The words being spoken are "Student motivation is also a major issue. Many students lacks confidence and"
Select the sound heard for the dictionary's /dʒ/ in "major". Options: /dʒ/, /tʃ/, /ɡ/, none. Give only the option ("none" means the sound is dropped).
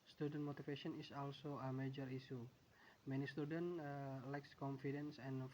/dʒ/